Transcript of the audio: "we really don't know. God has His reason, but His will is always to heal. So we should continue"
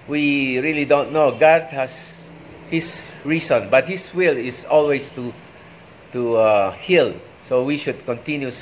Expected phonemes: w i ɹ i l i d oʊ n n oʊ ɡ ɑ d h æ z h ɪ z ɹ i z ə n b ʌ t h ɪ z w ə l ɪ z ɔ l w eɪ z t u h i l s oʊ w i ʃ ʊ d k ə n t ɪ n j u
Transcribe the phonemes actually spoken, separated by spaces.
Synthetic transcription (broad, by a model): w i ɹ i l i d oʊ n n oʊ ɡ ɑ d h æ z h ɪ s ɹ i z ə n b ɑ t h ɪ s w ə l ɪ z ɔ l w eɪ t t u h i l s oʊ w i ʃ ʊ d k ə n t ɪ n j u